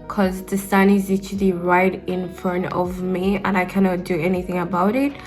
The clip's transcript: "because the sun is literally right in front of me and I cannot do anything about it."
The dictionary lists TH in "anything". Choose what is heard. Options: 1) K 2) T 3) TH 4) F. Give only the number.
3